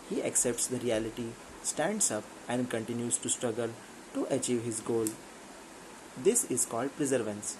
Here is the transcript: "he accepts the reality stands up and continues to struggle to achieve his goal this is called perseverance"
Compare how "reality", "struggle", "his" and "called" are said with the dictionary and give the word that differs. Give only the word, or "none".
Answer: none